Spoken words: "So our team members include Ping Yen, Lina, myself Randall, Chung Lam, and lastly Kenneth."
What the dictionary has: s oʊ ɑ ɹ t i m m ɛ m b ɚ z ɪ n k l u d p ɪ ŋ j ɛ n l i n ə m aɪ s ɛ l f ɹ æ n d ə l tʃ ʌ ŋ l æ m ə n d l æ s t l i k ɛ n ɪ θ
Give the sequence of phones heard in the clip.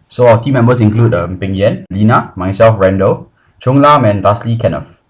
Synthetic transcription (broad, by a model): s oʊ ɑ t i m m ɛ m b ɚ s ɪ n k l u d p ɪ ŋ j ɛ n l i n ə m aɪ s ɛ l f ɹ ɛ n d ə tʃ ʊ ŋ l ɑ m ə n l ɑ s l i k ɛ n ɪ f